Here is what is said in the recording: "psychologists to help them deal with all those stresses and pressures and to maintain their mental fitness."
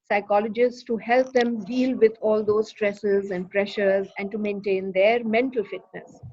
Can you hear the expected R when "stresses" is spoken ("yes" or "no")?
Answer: yes